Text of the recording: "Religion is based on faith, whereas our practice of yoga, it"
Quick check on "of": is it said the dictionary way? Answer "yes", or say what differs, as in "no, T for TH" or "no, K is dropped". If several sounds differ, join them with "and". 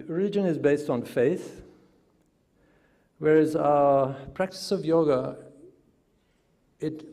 yes